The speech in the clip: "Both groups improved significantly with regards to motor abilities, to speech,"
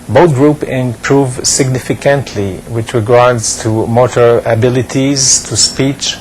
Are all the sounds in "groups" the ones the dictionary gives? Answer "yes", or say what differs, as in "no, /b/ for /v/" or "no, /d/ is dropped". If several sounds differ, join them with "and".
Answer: no, /s/ is dropped